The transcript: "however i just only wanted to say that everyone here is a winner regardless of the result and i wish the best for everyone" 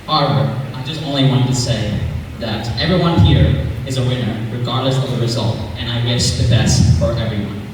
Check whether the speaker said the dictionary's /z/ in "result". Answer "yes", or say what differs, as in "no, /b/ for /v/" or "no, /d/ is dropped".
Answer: yes